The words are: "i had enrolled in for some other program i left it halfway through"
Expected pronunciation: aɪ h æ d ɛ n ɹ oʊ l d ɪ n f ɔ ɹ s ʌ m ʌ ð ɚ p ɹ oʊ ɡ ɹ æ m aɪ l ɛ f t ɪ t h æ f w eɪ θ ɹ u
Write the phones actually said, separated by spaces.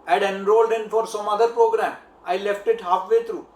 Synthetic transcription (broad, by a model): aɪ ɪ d ɛ n ɹ oʊ l d ɪ n f ɔ ɹ s ʌ m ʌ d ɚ p ɹ oʊ ɡ ɹ æ m aɪ l ɛ f t ɪ t h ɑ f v eɪ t ɹ u